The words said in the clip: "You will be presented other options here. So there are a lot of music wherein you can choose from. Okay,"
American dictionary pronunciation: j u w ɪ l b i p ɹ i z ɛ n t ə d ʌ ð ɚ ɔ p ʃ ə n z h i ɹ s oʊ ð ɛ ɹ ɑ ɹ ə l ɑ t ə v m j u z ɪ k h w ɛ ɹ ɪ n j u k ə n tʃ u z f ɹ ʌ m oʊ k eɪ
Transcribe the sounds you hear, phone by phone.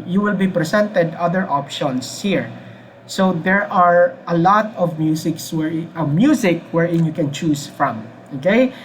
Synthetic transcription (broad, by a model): j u w ɪ l b i p ɹ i s ɛ n t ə d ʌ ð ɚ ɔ p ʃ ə n s h i ɹ s oʊ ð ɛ ɹ ɑ ɹ ə l ɑ t ə v m j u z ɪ k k w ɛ ɹ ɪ n j u k ə n tʃ u s f ɹ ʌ m oʊ k eɪ